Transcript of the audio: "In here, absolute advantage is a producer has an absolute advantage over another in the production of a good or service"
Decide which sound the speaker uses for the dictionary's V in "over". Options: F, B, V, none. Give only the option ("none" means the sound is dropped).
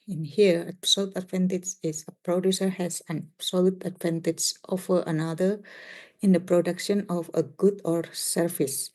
F